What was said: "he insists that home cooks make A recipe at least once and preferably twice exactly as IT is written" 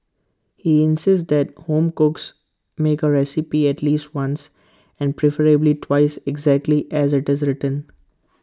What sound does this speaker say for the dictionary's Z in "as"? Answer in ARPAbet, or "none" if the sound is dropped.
Z